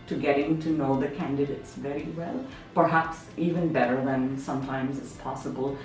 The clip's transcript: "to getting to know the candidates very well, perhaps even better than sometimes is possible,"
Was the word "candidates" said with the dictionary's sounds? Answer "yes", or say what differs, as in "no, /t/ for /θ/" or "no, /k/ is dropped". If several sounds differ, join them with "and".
yes